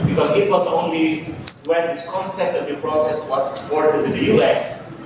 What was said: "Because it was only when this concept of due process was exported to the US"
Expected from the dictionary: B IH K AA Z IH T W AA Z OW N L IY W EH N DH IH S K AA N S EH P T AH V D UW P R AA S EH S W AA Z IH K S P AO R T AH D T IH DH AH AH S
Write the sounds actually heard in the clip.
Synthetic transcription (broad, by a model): B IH K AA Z IH T W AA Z OW N L IY W EH N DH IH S K AA N S EH P T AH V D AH P R AA S EH S W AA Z IH K S P AO R T AH D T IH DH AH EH S